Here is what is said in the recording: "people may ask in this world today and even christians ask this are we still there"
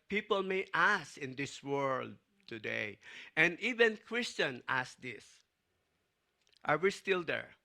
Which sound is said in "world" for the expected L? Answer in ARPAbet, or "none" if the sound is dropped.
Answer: L